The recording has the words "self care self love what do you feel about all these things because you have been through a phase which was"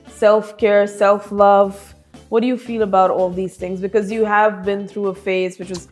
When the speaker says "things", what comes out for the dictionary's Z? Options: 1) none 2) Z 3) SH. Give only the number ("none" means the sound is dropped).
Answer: 2